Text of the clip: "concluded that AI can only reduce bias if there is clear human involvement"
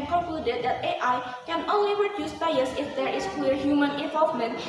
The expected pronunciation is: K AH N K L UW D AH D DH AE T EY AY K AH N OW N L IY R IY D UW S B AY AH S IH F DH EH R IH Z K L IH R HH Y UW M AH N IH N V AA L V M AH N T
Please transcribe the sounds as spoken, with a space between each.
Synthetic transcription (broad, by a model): K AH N K L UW D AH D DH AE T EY AY K AH N OW N L IY R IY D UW S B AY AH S IH F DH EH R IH S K W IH R HH Y UW M AH N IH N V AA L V M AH N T